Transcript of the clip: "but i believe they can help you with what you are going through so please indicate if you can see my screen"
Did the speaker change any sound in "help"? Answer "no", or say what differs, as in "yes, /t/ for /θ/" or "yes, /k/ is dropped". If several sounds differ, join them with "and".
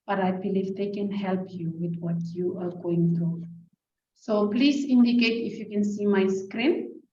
no